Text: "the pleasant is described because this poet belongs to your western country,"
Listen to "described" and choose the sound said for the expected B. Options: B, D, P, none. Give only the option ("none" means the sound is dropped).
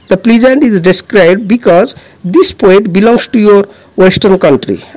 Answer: B